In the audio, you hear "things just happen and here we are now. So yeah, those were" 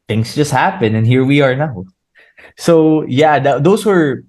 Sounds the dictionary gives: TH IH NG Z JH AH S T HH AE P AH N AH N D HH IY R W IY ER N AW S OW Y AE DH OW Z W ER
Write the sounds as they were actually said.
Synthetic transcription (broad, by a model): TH IH NG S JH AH S T HH AE P AH N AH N HH IY R W IY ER N AW S OW Y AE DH OW S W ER